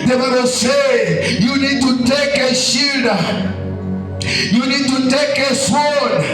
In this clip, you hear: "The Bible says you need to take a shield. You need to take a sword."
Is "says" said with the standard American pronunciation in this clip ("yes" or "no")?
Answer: no